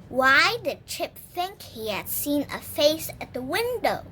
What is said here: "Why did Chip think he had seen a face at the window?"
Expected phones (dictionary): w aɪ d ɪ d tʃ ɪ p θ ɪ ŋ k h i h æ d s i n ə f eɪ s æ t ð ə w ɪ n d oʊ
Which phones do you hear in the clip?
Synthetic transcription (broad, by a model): w aɪ d ɪ d tʃ ɪ p θ ɪ ŋ k h i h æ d s i n ə f eɪ s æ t ð ə w ɪ n d oʊ